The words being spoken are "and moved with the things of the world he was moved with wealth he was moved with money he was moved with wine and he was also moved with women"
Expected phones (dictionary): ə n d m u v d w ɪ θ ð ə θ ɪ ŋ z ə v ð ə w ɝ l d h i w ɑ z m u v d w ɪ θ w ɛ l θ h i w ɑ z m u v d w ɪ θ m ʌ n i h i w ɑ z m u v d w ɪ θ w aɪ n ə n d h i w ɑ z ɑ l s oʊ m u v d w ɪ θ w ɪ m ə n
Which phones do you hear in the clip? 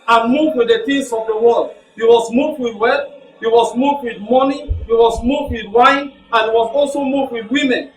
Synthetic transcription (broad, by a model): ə n m u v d w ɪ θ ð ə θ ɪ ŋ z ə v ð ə w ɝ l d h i w ɑ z m u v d w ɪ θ w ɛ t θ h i w ɑ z m u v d w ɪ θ m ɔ n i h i w ɑ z m u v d w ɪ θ w aɪ n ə n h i w ɑ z ɑ l s oʊ m u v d w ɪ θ w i m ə n